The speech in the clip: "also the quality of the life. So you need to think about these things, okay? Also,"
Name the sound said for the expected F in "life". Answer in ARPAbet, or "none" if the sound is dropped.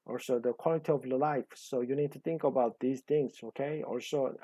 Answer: F